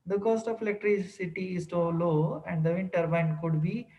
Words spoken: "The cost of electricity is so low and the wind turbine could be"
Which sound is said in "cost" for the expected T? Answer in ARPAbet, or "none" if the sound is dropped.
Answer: T